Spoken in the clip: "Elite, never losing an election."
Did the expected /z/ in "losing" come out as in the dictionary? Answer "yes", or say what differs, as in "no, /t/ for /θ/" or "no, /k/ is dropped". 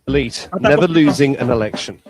yes